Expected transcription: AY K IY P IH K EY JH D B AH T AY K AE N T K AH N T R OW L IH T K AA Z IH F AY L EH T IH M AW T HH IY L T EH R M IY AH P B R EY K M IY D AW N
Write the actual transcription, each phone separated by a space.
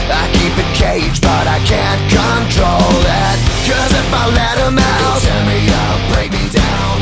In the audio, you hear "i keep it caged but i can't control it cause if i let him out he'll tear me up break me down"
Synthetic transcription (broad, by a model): AY K IY P IH K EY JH B AH T AY K AE N K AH N T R OW L IH T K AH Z IH F AY L EH T IH M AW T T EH M IY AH B R EY K M IY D AW N